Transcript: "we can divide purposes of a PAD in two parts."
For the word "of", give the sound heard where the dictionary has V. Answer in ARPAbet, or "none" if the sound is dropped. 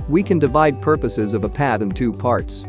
V